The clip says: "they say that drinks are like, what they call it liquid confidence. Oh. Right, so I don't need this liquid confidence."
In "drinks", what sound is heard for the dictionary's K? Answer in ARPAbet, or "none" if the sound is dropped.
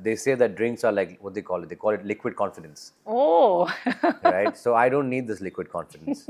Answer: K